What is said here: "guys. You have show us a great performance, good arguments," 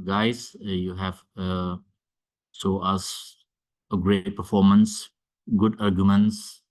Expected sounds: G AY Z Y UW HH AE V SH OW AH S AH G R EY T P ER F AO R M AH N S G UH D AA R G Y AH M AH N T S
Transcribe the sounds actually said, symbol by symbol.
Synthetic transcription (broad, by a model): G AY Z Y UW HH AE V S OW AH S AH G R EY T P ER F AO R M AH N S G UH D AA R G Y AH M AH N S